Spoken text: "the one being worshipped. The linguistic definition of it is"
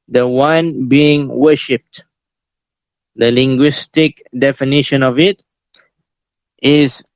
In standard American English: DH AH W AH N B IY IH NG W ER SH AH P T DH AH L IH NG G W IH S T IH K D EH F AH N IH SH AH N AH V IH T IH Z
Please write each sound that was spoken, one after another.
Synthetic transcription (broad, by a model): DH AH W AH N B IY IH NG W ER SH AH P T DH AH L IH NG G W IH S T IH K D EH F AH N IH SH AH N AH V IH T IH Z